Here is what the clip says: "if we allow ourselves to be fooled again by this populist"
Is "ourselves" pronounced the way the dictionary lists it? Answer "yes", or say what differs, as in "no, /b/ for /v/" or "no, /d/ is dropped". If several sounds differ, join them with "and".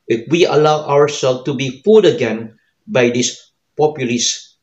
no, /w/ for /ɹ/